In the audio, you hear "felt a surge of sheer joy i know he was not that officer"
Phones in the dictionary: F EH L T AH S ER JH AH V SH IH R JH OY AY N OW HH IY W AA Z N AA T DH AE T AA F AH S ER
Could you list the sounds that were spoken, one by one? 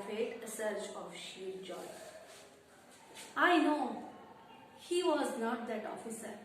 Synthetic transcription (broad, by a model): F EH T AH S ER CH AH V SH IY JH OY AY N OW HH IY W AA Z N AA T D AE T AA F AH S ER